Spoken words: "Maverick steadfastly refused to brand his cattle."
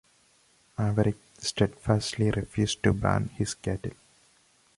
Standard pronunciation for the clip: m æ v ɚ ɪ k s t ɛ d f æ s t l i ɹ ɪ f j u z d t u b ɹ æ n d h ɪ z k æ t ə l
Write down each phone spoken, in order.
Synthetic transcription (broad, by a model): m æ v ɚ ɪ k s t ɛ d f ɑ s t l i ɹ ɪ f j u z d t u b æ n h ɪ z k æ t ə l